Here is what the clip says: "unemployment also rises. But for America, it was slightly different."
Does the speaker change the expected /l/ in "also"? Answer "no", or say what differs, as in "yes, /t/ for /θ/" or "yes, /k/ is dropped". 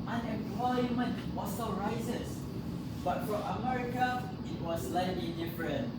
yes, /l/ is dropped